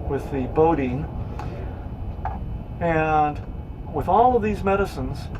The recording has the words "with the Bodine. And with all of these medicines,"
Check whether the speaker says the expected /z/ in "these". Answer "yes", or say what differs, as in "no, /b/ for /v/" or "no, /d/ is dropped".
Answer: yes